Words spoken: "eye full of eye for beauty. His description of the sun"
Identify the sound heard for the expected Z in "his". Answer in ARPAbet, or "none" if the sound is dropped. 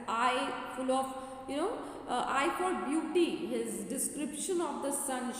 Z